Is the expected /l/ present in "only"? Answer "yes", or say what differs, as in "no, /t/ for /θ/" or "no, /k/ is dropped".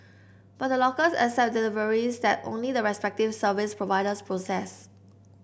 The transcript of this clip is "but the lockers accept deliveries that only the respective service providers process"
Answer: yes